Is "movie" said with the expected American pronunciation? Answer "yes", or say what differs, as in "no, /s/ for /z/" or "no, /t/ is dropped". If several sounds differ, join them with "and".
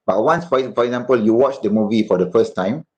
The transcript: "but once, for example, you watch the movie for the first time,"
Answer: yes